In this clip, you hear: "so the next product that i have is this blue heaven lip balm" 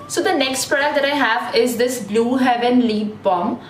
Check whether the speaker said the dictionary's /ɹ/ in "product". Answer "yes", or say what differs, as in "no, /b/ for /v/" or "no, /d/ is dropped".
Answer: no, /ɹ/ is dropped